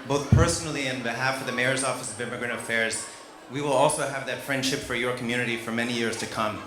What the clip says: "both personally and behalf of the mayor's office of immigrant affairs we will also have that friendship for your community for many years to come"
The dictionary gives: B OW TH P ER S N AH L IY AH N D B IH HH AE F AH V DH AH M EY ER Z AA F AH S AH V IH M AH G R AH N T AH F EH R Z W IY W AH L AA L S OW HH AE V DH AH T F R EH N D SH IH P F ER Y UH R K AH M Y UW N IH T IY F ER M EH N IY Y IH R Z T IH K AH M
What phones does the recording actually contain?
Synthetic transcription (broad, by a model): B OW TH P ER S N L IY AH N B IH HH AE F AH V DH AH M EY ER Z AA F AH S AH V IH M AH G R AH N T AH F EH R Z W IY W AH L AA L S OW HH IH V DH AH T F R EH N D SH IH P F ER Y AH R K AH M Y UW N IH T IY F ER M EH N IY Y IH R Z T IH K AH M